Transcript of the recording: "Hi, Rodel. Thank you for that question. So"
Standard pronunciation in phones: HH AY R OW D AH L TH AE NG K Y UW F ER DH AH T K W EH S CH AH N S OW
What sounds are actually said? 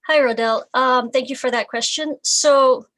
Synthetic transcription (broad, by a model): HH AY R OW D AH L TH AE NG K Y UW F ER DH AH T K W EH S CH AH N S OW